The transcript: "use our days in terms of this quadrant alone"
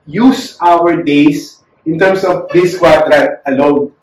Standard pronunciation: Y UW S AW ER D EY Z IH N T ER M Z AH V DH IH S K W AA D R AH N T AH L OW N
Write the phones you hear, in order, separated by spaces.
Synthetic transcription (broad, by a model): Y UW S AW ER D EY S IH N T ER M S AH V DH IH S K W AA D R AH T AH L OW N